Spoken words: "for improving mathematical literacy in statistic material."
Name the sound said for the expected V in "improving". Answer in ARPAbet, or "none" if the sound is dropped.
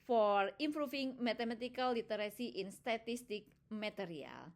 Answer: F